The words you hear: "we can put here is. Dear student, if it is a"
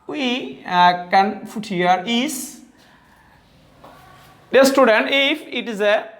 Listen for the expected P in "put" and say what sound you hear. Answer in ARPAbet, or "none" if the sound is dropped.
F